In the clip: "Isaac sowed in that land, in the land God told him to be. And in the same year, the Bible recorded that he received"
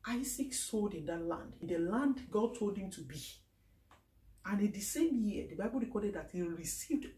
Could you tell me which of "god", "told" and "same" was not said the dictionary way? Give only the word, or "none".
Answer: none